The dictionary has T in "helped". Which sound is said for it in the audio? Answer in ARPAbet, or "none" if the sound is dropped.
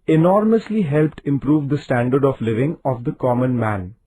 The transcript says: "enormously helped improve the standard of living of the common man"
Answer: T